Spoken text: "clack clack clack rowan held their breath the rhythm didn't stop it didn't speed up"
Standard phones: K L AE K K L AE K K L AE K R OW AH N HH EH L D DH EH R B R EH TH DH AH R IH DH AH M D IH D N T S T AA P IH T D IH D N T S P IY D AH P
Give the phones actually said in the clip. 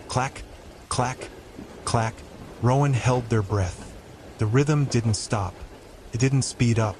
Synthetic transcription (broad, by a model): K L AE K K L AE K K L AE K R OW AH N HH EH L D DH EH R B R EH TH DH AH R IH DH AH M D IH D N T S T AA P IH T D IH D N T S P IY D AH P